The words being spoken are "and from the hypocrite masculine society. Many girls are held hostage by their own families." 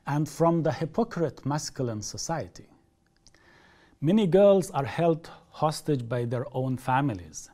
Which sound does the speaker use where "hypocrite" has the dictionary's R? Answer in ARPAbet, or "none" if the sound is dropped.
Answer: R